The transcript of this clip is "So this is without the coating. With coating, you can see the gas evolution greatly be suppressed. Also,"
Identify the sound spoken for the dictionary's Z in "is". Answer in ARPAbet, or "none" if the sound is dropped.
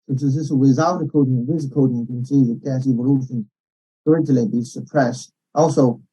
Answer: S